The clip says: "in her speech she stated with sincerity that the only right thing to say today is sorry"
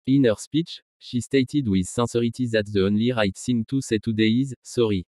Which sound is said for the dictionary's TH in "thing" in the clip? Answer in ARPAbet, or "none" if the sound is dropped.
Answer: S